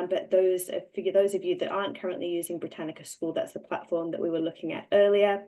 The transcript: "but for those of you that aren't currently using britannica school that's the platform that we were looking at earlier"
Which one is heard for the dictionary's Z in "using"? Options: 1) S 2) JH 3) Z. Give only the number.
3